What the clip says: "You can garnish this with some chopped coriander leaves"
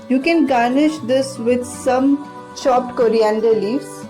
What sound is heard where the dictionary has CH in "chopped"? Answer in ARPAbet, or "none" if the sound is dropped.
SH